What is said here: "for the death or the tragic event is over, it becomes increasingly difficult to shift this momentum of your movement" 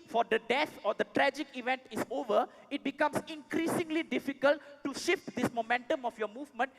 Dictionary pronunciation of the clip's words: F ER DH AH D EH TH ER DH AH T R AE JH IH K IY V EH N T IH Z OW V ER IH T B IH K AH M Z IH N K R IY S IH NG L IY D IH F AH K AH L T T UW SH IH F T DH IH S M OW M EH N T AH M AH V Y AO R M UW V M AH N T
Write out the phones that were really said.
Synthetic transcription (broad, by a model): F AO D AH D EH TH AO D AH T R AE JH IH K IY V EH N T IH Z OW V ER IH T B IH K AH M S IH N K R IY S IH NG L IY D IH F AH K AH L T T UW SH IH F T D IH S M OW M EH N T AH M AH F Y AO M UW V M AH N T